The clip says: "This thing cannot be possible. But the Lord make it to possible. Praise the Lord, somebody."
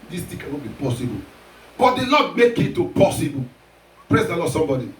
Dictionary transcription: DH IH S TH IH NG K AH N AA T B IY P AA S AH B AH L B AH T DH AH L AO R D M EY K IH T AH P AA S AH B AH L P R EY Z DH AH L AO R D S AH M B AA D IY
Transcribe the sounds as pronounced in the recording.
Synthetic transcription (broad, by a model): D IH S T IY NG K AH N AA T B IY P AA S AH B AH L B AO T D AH L AO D M EY K IH T AH P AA S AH B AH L P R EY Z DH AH L AO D S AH M B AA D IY